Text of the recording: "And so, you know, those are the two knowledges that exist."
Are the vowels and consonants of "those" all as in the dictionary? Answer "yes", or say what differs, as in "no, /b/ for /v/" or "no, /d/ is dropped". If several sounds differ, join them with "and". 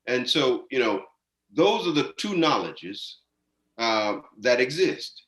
yes